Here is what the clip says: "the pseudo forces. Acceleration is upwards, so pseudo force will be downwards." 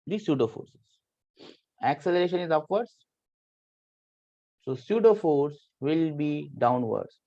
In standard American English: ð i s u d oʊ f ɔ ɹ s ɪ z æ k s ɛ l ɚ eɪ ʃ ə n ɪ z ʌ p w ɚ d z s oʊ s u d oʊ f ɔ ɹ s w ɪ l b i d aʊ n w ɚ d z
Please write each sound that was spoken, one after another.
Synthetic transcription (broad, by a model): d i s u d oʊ f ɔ ɹ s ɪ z æ k s ɛ l ɚ eɪ ʃ ə n ɪ z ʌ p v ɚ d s s oʊ s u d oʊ f ɔ ɹ s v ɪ l b i d aʊ n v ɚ d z